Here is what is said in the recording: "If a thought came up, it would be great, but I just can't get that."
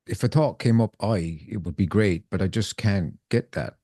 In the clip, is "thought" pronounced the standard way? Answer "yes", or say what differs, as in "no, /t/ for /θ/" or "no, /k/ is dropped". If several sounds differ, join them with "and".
no, /t/ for /θ/